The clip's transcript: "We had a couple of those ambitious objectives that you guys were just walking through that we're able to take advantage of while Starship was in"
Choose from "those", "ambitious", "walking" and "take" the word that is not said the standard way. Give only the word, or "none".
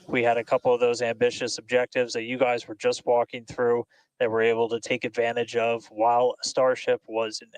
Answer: none